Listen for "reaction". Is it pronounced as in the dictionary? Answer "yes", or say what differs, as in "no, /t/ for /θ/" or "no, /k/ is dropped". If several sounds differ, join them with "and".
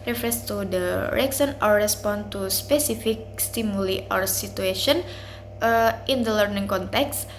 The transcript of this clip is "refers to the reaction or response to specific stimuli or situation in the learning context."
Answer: no, /s/ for /ʃ/